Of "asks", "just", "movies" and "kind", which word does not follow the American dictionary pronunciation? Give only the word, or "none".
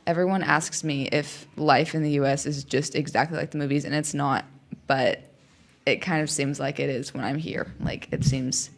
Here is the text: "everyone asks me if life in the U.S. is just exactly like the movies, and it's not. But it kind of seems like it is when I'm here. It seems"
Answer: none